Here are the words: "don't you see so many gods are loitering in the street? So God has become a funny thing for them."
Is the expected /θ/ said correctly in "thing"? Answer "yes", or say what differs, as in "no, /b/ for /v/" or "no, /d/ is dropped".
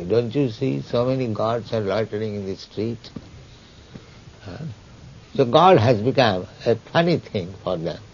no, /t/ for /θ/